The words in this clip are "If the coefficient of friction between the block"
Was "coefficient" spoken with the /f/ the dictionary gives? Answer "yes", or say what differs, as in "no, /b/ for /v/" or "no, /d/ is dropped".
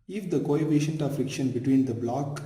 no, /p/ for /f/